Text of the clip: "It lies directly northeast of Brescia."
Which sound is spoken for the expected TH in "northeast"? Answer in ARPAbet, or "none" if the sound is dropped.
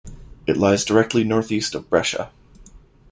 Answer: TH